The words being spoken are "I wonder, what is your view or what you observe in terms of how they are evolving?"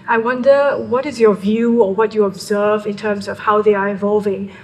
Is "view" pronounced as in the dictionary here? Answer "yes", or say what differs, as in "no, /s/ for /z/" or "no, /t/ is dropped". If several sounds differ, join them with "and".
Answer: yes